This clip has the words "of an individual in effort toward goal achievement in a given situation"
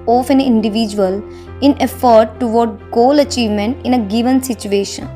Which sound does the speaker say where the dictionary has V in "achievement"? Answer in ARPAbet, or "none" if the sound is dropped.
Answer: V